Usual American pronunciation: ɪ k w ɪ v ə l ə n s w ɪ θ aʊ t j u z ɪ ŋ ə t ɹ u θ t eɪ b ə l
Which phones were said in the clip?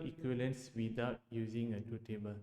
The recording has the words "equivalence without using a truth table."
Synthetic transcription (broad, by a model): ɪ k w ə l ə n s w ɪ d aʊ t j u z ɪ ŋ ə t u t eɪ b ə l